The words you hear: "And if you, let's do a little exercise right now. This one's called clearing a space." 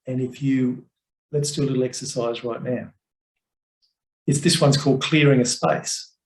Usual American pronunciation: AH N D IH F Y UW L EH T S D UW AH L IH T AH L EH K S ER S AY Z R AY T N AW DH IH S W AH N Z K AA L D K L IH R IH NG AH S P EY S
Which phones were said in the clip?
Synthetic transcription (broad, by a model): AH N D IH F Y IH L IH T S D UW AH L IH T L EH K S ER S AY Z R AY T N AW DH IH S W AH N Z K AA L D K L IH R IH NG AH S P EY S